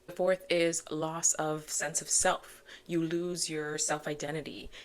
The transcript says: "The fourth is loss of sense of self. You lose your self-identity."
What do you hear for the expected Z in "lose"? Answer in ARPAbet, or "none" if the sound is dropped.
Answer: Z